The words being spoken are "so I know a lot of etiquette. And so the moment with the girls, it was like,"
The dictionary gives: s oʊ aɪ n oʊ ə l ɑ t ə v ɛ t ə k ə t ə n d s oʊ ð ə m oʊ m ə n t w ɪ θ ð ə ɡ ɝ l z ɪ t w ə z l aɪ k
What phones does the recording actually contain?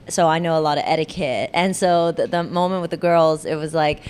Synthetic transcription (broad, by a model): s oʊ aɪ n oʊ ə l ɑ t ə v ɛ t ə k ə t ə n s oʊ ð ə m oʊ m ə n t w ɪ ð ə ɡ ɝ l z ɪ t w ə z l aɪ k